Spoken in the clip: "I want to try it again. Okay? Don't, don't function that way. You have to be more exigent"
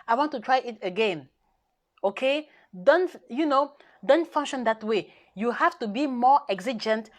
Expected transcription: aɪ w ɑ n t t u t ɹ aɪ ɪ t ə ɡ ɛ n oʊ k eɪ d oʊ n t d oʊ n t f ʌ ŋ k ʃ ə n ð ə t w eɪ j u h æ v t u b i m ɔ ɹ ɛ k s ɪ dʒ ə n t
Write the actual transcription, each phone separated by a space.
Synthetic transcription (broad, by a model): aɪ w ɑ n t t u t ɹ aɪ ɪ t ə ɡ ɛ n oʊ k eɪ d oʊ n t d oʊ n t f ʌ ŋ k ʃ ə n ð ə t w eɪ j u h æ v t u b i m ɔ ɹ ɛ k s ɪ dʒ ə n t